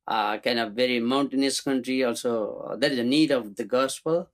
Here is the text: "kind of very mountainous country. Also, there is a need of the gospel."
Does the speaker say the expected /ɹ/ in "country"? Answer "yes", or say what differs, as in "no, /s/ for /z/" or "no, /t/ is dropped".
yes